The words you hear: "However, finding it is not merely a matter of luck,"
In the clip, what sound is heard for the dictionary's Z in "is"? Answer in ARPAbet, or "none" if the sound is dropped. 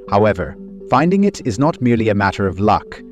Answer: Z